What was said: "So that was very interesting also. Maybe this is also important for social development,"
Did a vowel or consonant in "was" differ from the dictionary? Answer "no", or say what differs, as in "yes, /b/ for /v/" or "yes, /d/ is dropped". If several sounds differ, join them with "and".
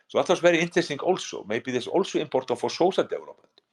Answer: yes, /s/ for /z/